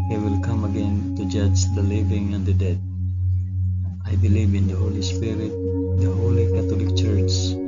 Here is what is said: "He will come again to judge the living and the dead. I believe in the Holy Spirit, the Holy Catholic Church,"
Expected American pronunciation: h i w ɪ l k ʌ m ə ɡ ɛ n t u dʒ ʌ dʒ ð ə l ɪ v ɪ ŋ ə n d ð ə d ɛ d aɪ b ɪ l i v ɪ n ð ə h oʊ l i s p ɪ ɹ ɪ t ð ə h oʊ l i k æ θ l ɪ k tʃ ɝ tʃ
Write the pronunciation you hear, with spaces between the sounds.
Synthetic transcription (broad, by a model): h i w ɪ l k ʌ m ə ɡ ɛ n t u dʒ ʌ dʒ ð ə l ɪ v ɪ ŋ ə n d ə d ɛ d aɪ b ɪ l i v ɪ n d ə h oʊ l i s p ɪ ɹ ɪ t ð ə h oʊ l i k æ t l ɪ k tʃ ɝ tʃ